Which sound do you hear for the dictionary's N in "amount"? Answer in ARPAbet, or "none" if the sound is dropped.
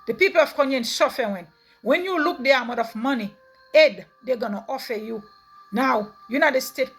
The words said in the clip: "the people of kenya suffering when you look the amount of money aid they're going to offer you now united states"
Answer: none